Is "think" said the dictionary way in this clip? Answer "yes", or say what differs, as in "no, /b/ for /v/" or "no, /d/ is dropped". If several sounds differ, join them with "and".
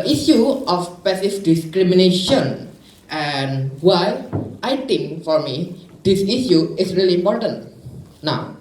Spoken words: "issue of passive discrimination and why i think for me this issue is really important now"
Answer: no, /t/ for /θ/